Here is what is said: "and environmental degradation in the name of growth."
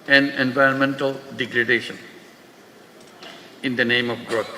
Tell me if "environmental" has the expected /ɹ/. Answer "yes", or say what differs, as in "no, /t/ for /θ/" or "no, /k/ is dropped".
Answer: yes